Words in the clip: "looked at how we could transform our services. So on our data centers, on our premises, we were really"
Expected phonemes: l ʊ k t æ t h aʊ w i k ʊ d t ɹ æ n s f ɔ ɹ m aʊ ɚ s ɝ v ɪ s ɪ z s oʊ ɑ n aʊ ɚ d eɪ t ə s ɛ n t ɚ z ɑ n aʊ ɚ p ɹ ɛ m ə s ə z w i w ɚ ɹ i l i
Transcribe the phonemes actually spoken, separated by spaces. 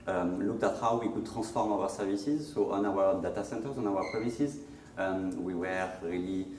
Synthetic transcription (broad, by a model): l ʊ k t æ t h aʊ w i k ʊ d t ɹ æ s f ɔ ɹ m aʊ ɚ s ɝ v ɪ s ɪ z s oʊ ɑ n aʊ ɚ d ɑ t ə s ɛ n t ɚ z ɑ n aʊ ɚ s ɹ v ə s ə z w i w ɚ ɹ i l i